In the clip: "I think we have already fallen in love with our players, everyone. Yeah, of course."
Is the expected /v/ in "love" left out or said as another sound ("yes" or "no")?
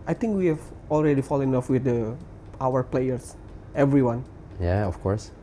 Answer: yes